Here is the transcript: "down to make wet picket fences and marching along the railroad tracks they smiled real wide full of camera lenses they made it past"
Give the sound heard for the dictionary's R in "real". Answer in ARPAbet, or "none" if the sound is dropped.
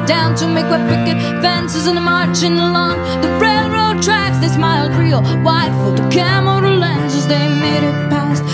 R